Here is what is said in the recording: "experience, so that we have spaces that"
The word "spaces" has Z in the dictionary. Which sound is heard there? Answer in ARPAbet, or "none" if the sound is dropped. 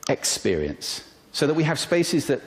Z